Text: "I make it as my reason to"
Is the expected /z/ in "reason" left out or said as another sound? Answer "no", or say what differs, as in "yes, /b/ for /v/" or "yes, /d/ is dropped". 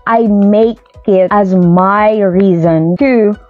no